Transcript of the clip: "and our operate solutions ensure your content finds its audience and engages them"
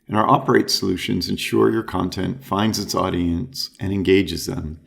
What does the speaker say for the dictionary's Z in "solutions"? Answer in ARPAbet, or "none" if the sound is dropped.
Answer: Z